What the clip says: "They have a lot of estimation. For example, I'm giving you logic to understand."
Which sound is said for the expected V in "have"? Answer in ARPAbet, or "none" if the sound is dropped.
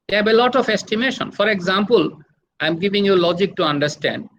B